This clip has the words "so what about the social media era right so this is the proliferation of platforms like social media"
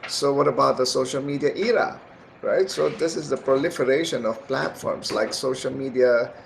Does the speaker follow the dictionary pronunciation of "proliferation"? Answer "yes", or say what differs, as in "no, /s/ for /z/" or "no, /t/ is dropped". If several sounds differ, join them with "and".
yes